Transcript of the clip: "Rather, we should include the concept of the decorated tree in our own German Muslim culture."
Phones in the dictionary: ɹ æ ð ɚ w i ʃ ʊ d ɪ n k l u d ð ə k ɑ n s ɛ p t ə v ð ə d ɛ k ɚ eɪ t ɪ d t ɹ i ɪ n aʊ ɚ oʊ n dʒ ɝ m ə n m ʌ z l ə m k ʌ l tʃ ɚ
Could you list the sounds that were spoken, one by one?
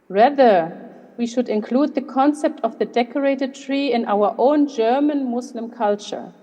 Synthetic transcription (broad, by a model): ɹ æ ð ɚ w i ʃ ʊ d ɪ n k l u d ð ə k ɑ n s ɛ p t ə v ð ə d ɛ k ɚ eɪ t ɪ d t ɹ i ɪ n aʊ ɚ oʊ n dʒ ɝ m ə n m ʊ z l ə m k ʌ l tʃ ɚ